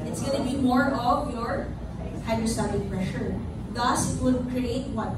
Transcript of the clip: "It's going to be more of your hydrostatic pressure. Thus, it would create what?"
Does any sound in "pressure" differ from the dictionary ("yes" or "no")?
no